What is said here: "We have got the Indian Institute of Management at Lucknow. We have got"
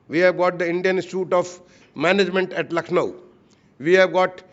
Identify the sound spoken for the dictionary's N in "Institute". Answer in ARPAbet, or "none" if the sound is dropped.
none